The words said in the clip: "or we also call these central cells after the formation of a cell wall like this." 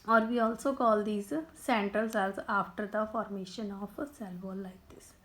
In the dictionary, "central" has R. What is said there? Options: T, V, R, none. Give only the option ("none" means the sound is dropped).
none